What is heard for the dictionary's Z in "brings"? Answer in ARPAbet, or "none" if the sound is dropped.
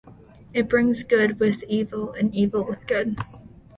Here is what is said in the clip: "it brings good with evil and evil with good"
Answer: Z